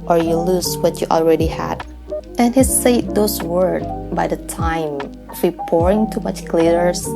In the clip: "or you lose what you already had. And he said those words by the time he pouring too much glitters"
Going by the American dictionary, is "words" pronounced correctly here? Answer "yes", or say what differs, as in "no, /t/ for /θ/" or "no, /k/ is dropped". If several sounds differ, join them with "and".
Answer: no, /z/ is dropped